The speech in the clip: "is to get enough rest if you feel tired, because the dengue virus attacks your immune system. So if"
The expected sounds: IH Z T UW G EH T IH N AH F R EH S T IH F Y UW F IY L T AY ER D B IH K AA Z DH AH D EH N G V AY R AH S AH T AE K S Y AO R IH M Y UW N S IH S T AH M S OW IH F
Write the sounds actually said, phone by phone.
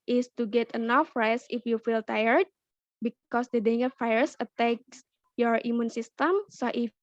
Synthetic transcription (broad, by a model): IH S T UW G EH T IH N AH F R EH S IH F Y UW F IY L T AY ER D B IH K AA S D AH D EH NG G F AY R S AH T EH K S Y AO R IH M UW N S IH S T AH M S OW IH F